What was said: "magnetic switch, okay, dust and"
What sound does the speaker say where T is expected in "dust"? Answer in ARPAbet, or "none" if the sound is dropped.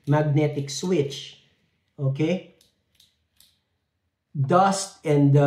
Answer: T